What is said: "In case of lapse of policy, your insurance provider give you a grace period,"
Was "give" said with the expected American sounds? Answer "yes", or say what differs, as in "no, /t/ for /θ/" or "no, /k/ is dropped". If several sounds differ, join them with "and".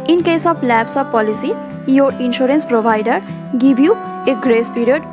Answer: no, /b/ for /v/